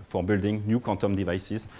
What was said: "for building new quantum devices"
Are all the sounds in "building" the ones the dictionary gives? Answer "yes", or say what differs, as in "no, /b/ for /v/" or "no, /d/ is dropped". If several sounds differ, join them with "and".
yes